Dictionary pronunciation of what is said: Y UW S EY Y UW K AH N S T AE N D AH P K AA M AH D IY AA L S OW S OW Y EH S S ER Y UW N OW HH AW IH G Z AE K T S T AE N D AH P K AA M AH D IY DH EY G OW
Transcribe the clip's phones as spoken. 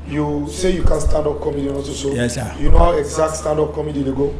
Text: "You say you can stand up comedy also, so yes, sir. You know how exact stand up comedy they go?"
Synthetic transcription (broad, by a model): Y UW S EY Y UW K AH N S T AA N D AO P K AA M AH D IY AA S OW S OW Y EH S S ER Y UW N OW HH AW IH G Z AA K T S T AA N D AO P K AA M AH D IY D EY G OW